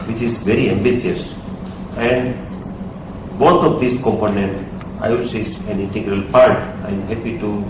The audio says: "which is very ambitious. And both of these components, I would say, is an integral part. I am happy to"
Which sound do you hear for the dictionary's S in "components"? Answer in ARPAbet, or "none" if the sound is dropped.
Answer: none